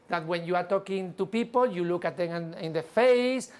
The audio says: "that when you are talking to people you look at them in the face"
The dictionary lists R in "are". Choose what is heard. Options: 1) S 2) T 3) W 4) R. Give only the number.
4